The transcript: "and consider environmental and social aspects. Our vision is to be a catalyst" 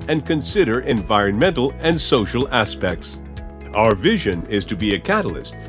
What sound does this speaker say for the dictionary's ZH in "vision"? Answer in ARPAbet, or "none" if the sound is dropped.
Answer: ZH